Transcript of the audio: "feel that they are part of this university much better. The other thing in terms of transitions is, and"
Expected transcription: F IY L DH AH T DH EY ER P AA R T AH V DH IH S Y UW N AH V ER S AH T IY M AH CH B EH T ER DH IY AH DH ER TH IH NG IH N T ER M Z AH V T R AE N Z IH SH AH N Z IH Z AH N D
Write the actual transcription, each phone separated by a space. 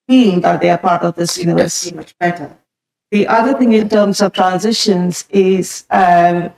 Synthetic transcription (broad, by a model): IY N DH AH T DH EY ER P AA R T AH V DH IH S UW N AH ER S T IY M AH CH B EH T ER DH IY AH DH ER TH IH NG IH N T ER M Z AH V T R AE N Z IH SH AH N Z IH Z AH